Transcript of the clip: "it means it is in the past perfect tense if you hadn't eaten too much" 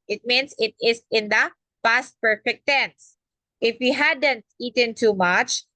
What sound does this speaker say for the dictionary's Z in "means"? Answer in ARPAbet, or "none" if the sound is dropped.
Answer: S